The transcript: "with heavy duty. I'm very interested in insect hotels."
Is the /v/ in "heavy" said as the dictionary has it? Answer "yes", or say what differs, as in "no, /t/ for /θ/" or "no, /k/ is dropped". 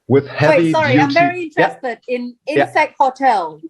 no, /w/ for /v/